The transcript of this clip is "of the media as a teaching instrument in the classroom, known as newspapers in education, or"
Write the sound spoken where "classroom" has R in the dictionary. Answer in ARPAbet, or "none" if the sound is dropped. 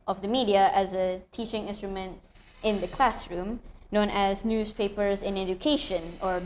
R